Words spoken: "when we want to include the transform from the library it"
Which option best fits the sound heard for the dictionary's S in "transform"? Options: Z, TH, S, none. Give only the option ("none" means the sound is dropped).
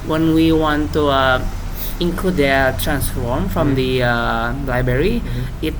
S